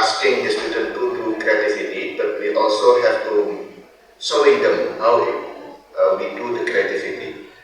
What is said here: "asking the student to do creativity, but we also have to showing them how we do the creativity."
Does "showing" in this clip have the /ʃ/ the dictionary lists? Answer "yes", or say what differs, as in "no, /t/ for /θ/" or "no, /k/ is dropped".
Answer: no, /s/ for /ʃ/